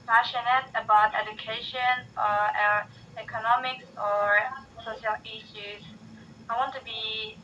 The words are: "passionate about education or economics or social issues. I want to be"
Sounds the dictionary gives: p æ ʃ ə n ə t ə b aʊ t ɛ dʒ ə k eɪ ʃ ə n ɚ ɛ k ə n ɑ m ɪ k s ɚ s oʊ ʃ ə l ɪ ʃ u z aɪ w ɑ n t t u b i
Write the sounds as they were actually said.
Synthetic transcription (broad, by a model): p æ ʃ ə n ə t ə b aʊ t ɛ dʒ ə k eɪ ʃ ə n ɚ ɛ k ə n ɑ m ɪ k s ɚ s oʊ ʃ ə l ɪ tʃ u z aɪ w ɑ n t t u b i